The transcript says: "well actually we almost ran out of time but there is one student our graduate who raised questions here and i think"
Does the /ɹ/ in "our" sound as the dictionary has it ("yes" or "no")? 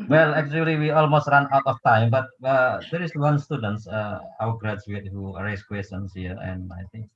no